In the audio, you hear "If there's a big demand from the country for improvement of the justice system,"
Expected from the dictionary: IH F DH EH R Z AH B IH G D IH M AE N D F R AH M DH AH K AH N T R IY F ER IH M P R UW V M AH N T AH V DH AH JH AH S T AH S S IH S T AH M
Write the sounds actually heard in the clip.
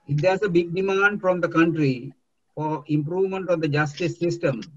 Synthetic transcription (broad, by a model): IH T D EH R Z AH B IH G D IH M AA N D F R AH M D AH K AH N T R IY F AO IH M P R UW V M AH N T AH V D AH JH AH S T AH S S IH S T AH M